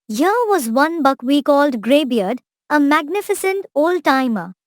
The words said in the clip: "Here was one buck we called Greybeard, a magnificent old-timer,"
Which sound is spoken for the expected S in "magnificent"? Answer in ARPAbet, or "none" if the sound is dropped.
S